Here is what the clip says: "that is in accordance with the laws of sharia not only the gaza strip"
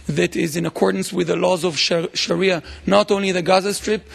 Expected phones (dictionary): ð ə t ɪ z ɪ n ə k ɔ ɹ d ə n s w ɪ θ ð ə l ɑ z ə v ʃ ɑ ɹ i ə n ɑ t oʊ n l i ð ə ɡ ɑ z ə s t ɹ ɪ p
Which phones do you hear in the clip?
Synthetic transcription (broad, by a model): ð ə t ɪ z ɪ n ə k ɔ ɹ d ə n s w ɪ ð ə l ɑ z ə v ʃ ɑ ɹ i ə n ɑ t oʊ n l i ð ə ɡ ɑ z ə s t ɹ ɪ p